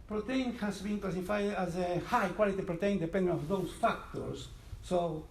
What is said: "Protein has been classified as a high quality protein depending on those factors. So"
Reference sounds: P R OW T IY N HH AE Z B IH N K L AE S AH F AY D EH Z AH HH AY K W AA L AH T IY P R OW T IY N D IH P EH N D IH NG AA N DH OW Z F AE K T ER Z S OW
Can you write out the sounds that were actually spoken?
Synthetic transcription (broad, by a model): P R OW T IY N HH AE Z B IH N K L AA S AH F AY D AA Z AH HH AY K W AA L AH T IY P R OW T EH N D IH P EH N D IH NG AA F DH OW S F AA K T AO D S OW